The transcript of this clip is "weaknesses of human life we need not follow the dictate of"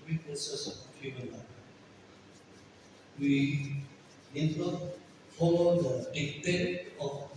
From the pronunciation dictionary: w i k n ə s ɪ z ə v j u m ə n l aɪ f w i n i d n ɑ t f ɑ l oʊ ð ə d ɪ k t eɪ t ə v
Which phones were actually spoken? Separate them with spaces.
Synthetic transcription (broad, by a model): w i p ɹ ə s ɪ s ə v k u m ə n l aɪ w i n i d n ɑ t f ɑ l oʊ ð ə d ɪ t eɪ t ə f